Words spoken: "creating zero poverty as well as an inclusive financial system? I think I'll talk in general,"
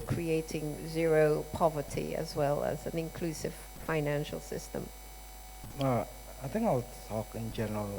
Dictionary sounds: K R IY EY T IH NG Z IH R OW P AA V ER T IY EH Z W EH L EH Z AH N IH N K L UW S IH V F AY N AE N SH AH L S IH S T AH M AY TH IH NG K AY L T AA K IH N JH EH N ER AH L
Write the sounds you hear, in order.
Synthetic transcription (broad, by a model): K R IY EY T IH NG Z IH R OW P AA V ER T IY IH Z W EH L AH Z AH N IH N K L UW S IH V F AY N AE N SH AH L S IH S T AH M AY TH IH NG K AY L T AA K IH N JH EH N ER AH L